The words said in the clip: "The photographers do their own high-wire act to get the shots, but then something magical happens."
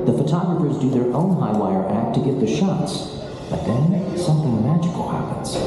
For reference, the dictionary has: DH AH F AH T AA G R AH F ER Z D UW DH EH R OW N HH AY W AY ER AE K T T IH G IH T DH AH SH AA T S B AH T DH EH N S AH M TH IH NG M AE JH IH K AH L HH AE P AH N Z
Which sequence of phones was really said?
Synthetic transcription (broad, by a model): DH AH F AH T AA G R AH F ER Z D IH DH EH R OW N HH AY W AY ER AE K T T IH G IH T DH AH SH AA T S B AH T DH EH N S AH M TH IH NG M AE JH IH K L HH AE P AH N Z